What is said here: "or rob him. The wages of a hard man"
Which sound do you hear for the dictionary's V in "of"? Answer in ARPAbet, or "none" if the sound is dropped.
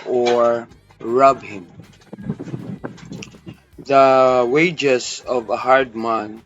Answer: V